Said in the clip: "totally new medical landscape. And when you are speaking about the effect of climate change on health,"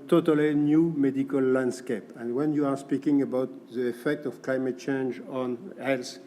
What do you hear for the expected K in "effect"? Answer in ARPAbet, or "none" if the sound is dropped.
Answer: K